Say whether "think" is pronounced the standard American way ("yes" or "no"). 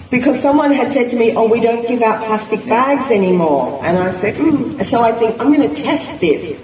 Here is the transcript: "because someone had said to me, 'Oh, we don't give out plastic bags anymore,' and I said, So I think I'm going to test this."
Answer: yes